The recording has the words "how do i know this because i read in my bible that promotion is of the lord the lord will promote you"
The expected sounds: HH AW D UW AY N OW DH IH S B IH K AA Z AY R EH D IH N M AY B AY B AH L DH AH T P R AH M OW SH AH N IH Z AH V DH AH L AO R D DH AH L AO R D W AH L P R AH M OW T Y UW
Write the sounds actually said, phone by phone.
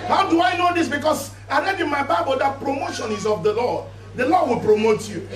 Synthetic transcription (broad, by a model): HH AW D UW AY N OW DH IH S B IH K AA S AY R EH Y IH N M AY B AY B AH L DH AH T P R AH M OW SH AH N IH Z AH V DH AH L AO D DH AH L AO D W AH L P R AH M OW T Y UW